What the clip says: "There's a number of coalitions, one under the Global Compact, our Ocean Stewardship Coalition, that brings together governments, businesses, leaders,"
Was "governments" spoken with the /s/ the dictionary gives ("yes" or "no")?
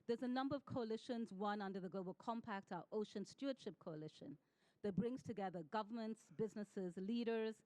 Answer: yes